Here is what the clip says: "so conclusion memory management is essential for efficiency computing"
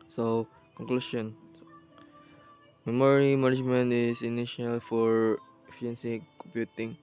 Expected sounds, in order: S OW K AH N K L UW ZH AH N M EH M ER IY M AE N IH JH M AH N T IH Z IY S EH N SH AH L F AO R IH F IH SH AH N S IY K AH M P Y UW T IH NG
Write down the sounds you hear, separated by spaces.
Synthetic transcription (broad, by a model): S OW K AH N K L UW SH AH N M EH M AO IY M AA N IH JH M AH N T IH S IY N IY SH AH L F AO R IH F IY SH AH N S IY K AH M P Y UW T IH NG